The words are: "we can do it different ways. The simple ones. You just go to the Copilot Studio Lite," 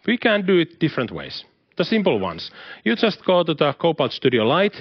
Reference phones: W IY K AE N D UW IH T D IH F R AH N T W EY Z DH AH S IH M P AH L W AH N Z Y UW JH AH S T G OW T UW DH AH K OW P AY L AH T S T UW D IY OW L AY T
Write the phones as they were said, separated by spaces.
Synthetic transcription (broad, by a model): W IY K AE N D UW IH T D IH F R AH N T W EY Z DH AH S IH M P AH L W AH N S Y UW JH AH S T G OW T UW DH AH K OW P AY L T S T UW D IY OW L AY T